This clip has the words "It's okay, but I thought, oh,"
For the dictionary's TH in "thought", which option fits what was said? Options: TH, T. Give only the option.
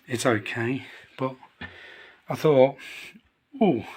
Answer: TH